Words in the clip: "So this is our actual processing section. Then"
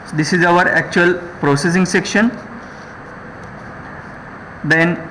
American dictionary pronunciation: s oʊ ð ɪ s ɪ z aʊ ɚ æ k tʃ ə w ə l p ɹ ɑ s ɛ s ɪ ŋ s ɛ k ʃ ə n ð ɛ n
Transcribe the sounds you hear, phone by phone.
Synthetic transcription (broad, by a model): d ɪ s ɪ z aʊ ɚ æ k tʃ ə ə l p ɹ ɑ s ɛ s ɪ ŋ s ɛ k ʃ ə n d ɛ n